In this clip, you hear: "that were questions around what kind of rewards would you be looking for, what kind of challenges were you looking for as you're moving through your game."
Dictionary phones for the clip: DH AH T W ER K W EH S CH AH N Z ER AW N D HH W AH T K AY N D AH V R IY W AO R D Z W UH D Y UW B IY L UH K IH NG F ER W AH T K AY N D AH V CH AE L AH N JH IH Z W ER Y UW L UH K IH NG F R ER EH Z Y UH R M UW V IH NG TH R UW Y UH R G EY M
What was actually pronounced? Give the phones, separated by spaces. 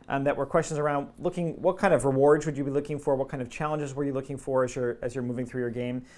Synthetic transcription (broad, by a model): DH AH T W ER K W EH S CH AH N Z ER AW N D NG W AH T K AY N D AH V R IY W AO R D Z W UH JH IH B IY L UH K IH NG F ER W AH T K AY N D AH V CH AE L AH N JH IH Z W ER Y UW L UH K IH NG F R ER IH Z Y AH R M UW V IH NG TH R UW Y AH R G EY M